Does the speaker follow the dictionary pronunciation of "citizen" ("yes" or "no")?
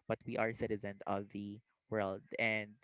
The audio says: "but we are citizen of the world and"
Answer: yes